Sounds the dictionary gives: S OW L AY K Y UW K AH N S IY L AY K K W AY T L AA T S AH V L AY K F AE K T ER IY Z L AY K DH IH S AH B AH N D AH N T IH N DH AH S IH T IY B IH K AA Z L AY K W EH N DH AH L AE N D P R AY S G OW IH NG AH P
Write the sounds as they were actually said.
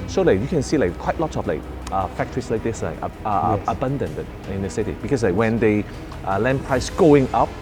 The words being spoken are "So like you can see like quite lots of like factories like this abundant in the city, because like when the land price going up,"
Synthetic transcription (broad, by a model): S OW L AY K Y UW K AH N S IY L AY K K W AY T L AA T S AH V L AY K F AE K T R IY S L AY K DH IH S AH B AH N D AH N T IH N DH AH S IH T IY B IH K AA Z L AY K W EH N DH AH L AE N P R AY S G OW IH NG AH P